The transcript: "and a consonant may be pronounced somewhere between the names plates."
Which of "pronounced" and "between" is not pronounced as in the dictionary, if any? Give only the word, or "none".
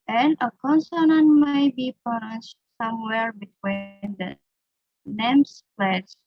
pronounced